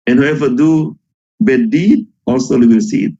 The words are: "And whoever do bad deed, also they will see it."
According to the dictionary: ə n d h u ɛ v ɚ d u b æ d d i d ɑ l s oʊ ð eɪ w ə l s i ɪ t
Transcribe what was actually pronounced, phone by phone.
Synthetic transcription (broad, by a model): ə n h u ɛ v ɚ d u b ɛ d d i d ɑ l s oʊ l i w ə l s i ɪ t